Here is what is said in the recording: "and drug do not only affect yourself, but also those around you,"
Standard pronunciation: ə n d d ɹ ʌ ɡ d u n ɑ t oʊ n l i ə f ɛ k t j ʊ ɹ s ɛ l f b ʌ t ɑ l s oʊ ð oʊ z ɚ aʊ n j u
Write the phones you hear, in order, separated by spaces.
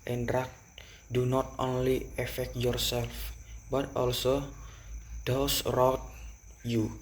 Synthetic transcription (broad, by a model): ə n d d ɹ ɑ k d u n ɑ t oʊ n l i ə f ɛ k t j ʊ ɹ s ɛ l f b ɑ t ɑ l s oʊ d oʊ s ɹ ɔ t j u